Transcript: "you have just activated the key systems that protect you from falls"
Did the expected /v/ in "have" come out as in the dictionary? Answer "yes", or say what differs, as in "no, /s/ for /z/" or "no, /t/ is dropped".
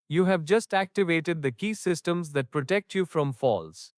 yes